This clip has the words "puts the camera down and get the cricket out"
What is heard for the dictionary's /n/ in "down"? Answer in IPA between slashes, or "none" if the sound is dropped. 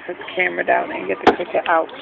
none